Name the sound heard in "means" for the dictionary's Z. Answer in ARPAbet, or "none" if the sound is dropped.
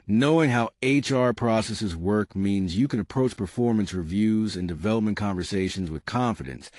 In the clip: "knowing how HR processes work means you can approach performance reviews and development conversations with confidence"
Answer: Z